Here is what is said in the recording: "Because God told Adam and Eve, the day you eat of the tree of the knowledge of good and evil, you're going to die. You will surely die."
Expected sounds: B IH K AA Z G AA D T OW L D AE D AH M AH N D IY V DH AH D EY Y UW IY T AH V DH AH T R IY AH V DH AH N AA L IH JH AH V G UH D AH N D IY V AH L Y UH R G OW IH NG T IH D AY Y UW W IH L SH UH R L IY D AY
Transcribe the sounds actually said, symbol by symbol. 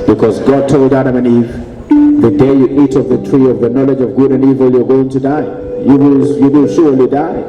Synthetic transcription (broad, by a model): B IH K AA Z G AA D T OW L D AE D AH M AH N IY V DH AH D EY Y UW IY T AH V DH AH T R IY AH V DH AH N AA L IH JH AH V G UH D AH N IY V AH L Y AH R G OW IH NG T IH D AY Y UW W IH L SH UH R L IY D AY